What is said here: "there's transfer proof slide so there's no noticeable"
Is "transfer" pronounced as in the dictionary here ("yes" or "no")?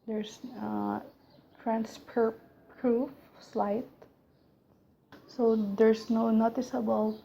no